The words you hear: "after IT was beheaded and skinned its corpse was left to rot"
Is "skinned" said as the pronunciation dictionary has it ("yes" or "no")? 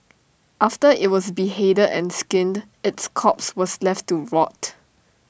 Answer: yes